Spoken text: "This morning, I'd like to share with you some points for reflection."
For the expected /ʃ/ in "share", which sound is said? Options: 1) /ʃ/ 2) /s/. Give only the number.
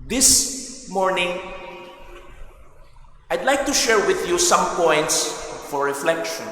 1